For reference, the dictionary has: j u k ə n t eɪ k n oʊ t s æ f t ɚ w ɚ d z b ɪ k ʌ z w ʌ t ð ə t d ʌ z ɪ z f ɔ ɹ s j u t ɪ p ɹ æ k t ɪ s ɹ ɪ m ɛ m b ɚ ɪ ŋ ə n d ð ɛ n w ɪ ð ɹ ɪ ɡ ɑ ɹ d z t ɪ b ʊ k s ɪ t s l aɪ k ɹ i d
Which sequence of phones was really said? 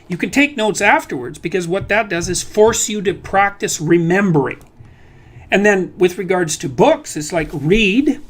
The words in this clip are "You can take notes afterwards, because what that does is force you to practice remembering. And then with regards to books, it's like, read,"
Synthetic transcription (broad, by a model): j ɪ k ə n t eɪ k n oʊ t s æ f t ɚ w ɚ d z b ɪ k ʌ z w ʌ t ð ə t d ʌ z ɪ z f ɔ ɹ s j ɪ t ɪ p ɹ æ k t ɪ s ɹ ɪ m ɛ m b ɚ ɪ ŋ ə n ð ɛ n w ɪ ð ɹ ɪ ɡ ɑ ɹ d z t ɪ b ʊ k s ɪ t s l aɪ k ɹ i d